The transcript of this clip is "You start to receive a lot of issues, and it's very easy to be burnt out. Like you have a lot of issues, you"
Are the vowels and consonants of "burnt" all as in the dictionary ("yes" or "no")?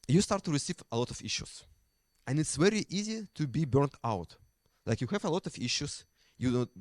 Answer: yes